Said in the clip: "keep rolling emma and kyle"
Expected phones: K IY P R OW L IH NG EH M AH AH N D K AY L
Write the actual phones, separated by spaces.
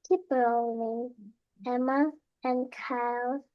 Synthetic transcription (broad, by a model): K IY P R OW IH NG EH M AH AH N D K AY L